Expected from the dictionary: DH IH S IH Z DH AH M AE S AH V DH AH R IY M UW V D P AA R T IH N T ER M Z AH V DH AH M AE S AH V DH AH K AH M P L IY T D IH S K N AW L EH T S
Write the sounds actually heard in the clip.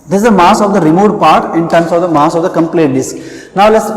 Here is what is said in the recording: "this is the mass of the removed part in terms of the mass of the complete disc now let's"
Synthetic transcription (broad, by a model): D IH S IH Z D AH M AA S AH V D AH R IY M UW D P AA R T IH N T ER M S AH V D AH M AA S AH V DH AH K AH M P L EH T D IH S K N AW L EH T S